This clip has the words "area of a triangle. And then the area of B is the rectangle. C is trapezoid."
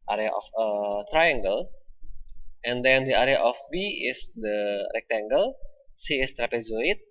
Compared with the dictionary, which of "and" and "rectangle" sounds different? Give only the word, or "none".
none